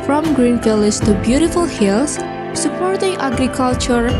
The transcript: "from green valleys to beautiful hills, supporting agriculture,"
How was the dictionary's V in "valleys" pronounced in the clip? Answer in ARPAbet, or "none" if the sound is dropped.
F